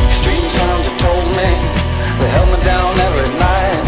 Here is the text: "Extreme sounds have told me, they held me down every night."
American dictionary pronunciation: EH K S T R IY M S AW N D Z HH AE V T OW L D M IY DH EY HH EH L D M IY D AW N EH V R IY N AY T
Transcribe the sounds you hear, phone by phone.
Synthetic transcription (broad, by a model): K S T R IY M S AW N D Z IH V T OW L D M IY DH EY HH EH L D M IY D AW N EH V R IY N AY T